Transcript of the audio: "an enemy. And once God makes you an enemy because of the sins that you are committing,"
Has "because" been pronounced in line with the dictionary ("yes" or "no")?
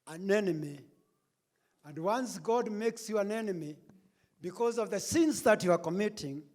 yes